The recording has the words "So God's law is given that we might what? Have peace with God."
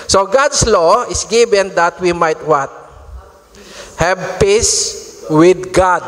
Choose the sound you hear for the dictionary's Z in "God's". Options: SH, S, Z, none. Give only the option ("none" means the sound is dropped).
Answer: S